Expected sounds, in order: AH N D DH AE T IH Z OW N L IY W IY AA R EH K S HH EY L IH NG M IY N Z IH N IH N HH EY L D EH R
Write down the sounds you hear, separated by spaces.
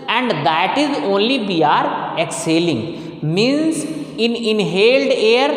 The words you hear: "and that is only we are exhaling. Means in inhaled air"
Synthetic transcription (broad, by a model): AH N D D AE T IH Z OW N L IY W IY AA R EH K S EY L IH NG M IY N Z IH N IH N HH EY L D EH R